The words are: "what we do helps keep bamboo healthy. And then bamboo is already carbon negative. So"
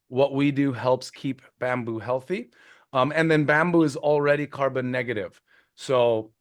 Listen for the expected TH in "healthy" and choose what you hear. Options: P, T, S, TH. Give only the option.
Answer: TH